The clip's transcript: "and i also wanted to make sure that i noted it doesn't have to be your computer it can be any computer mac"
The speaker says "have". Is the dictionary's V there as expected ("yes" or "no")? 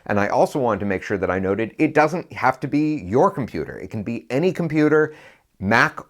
no